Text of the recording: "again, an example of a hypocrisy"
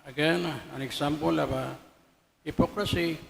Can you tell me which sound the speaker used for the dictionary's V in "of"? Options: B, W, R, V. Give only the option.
B